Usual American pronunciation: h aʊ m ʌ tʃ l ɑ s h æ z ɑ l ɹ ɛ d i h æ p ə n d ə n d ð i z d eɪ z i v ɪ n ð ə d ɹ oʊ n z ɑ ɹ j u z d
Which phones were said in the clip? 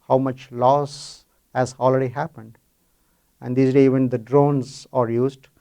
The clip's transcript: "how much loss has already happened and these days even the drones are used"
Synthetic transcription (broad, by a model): h aʊ m ʌ tʃ l ɑ s h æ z ɑ l ɹ ɛ d i h æ p ə n d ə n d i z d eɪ i v ɪ n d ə d ɹ oʊ n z ɑ ɹ j u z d